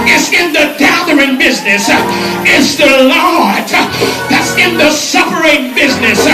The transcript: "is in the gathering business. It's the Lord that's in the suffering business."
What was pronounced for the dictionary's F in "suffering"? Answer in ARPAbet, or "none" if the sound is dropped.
P